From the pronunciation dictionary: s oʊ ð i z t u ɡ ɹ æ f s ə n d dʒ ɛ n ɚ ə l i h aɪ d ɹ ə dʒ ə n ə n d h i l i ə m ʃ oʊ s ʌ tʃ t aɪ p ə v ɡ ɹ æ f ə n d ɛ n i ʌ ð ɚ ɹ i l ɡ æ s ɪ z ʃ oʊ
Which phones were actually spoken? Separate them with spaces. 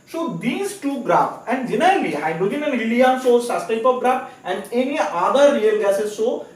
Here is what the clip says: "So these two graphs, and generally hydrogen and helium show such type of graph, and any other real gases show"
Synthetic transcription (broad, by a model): s oʊ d i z t u ɡ ɹ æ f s ə n d dʒ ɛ n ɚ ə l i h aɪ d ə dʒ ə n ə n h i l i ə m s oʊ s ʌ s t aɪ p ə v ɡ ɹ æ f ə n d ɛ n i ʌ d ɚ ɹ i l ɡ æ s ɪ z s oʊ